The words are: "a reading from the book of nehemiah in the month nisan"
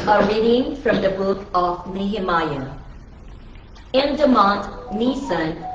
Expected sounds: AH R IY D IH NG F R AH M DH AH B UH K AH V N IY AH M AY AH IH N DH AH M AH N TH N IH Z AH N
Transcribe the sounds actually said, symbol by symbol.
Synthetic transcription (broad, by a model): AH R IY D IH NG F R AH M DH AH B UH K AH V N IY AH M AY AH IH N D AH M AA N T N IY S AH N